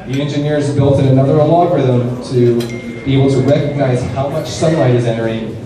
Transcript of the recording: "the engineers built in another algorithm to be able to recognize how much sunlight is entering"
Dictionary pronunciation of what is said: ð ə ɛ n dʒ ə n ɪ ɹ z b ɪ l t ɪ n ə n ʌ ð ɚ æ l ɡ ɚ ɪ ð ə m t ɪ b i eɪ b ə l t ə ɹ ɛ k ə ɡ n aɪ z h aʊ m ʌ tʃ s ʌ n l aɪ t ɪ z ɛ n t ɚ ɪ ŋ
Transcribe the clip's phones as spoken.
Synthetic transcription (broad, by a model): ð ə ɛ n dʒ ə n ɪ ɹ z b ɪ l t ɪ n ə n ʌ ð ɚ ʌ l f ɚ ð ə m t ɪ b i eɪ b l t ə ɹ ɛ k ə ɡ n aɪ z h aʊ m ʌ tʃ s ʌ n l aɪ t ɪ z ɛ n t ɚ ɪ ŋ